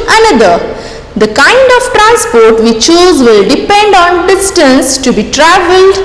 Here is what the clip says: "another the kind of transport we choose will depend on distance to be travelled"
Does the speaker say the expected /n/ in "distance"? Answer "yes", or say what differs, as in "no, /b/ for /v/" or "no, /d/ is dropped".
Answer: yes